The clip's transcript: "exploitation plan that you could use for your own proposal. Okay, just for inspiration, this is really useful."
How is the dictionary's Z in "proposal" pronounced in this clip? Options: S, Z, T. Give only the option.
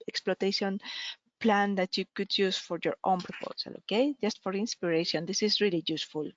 S